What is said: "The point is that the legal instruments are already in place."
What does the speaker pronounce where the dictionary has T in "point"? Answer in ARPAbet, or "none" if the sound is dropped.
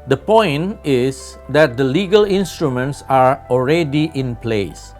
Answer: none